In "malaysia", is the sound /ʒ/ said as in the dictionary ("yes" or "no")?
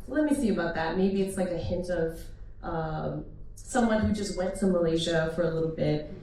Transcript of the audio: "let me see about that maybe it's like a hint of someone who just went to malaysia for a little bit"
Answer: yes